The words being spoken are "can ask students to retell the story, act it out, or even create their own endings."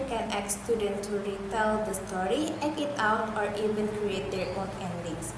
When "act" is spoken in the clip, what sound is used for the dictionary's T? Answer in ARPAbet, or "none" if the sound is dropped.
none